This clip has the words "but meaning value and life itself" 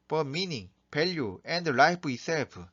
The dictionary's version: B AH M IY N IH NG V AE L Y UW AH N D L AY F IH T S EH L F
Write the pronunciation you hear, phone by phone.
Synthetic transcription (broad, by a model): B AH M IY N IH NG P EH L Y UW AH N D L AY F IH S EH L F